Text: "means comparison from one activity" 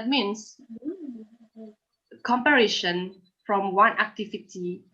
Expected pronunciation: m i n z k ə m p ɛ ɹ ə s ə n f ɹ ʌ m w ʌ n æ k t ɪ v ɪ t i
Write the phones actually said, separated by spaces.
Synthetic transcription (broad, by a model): m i n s k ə m p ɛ ɹ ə ʃ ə n f ɹ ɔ m w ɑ n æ k t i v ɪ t i